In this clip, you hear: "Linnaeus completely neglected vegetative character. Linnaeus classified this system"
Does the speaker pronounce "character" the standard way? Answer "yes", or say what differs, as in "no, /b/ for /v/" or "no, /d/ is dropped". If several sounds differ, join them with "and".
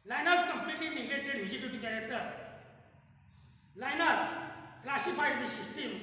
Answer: yes